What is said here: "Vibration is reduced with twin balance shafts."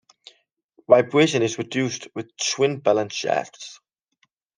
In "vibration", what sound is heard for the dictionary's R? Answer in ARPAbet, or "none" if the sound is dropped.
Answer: R